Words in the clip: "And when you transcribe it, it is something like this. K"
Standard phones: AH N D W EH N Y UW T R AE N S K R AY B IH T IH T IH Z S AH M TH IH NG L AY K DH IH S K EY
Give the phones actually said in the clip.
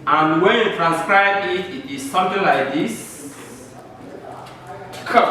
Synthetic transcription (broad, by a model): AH N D W EH N Y UW T R AE N S K R AY B IH T IH T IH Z S AH M TH IH NG L AY K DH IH S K